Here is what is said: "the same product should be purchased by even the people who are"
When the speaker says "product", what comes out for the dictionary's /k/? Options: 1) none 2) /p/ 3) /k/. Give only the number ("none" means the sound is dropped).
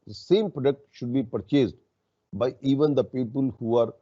3